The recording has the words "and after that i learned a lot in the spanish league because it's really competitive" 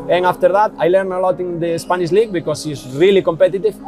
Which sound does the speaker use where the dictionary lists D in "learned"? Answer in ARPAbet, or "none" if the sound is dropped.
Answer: none